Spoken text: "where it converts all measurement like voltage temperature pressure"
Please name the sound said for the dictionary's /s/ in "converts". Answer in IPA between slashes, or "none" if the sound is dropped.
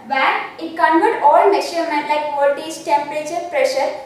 none